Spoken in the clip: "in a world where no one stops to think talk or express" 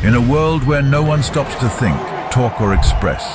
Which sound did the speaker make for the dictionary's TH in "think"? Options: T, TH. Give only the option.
TH